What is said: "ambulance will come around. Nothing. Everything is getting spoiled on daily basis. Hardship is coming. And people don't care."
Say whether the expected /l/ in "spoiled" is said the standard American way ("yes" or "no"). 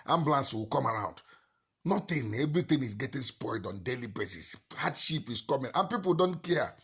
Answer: yes